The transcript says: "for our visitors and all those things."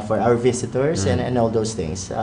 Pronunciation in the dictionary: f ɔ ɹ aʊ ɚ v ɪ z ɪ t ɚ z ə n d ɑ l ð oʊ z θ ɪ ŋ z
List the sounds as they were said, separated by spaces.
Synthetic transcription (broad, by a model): f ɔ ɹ aʊ ɚ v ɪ s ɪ t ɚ s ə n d ɑ l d oʊ s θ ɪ ŋ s